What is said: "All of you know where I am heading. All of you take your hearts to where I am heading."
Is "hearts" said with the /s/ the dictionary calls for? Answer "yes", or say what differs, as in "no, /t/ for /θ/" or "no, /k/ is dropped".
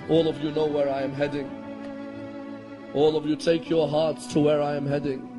yes